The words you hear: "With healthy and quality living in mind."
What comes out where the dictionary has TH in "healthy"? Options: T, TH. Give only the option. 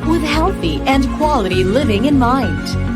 TH